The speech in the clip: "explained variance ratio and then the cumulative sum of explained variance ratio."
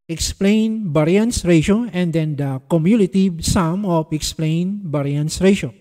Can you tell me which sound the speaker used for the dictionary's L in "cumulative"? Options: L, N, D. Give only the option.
N